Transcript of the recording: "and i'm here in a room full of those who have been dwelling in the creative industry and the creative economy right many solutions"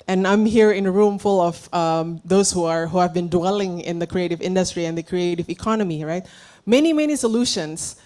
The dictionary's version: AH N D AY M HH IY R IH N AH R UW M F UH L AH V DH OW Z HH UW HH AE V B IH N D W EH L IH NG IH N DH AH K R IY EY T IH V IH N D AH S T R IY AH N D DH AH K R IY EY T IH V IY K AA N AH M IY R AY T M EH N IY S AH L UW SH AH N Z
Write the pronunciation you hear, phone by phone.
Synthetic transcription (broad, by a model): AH N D AY M HH IY R IH N AH R UW M F UH L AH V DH OW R HH UW HH AE V B IH N D W EH L IH NG IH N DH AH K R IY EY T IH V IH N D AH S T R IY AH N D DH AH K R IY EY T IH V IY K AA N AH M IY R AY T M EH N IY S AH L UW SH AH N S